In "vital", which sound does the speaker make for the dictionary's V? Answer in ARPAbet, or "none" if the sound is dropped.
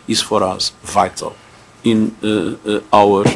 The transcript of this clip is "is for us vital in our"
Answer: V